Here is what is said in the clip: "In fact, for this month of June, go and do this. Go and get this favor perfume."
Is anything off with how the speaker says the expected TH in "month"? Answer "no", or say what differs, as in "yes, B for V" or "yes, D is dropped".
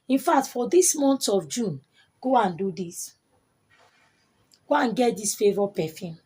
yes, T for TH